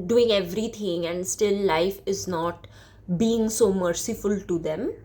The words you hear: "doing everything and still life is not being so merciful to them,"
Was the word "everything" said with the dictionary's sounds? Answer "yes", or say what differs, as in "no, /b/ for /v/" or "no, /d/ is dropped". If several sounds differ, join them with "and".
no, /t/ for /θ/